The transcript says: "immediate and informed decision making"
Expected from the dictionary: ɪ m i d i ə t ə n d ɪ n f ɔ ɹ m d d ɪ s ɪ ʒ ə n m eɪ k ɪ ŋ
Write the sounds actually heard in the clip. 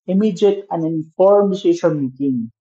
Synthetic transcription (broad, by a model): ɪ m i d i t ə n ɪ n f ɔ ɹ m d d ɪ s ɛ ʃ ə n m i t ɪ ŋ